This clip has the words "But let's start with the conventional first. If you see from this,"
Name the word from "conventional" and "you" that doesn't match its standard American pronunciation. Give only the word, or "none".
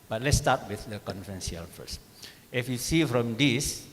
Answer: conventional